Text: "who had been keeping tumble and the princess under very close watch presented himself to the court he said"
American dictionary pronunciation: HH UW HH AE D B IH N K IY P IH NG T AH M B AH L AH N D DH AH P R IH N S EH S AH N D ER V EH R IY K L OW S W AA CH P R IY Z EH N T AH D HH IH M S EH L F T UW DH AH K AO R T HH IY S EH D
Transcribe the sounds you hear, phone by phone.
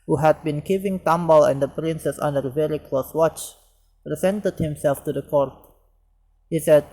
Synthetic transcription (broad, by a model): HH UW HH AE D B IH N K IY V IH NG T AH M B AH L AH N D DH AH P R IH N S EH S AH N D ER V EH R IY K L OW S W AA CH P R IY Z EH N T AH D HH IH M S EH L F T UW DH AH K AO R T HH IY S EH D